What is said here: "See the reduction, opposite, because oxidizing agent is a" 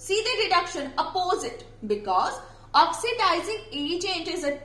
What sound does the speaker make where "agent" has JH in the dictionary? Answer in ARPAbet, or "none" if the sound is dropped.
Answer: CH